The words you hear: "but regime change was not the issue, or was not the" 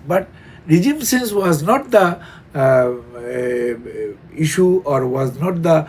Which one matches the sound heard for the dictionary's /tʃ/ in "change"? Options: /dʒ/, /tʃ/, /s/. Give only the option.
/s/